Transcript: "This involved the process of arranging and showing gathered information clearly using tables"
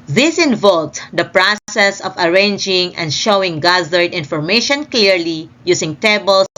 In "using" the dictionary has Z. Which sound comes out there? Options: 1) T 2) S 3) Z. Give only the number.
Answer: 2